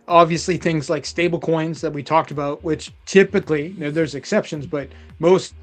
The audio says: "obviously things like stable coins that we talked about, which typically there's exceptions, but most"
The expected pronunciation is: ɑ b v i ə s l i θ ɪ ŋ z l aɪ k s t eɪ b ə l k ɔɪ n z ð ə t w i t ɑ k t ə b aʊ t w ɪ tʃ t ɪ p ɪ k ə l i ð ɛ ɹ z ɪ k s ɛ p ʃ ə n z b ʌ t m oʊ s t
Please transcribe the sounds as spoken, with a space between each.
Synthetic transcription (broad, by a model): ɑ b v i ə s l i θ ɪ ŋ z l aɪ k s t eɪ b l k ɔɪ n z ð ə t w i t ɑ k t ə b aʊ t w ɪ tʃ t ɪ p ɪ k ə n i ð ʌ ɹ z ɪ k s ɛ p ʃ ə n z b ʌ t m oʊ s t